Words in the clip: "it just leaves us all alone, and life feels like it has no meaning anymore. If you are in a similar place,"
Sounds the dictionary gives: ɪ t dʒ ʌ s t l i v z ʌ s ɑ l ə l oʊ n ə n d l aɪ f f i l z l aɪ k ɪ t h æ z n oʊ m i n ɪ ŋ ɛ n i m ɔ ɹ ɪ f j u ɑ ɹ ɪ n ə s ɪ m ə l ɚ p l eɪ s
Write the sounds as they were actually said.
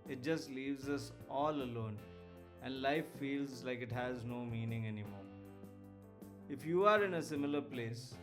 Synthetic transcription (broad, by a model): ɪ t dʒ ʌ s t l i v z ʌ s ɑ l ə l oʊ n ə n d l aɪ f f i l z l aɪ k ɪ t h æ z n oʊ m i n ɪ ŋ ɛ n i m ɔ ɹ ɪ f j u ɑ ɹ ɪ n ə s ɪ m ə l ɚ p l eɪ s